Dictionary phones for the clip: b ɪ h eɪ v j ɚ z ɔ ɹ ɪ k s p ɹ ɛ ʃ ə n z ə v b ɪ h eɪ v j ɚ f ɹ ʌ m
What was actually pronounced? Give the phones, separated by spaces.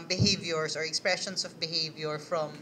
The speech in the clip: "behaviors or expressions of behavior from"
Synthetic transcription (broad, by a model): b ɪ h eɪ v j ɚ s ɔ ɹ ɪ k s p ɹ ɛ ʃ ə n s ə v b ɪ h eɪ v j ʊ f ɹ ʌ m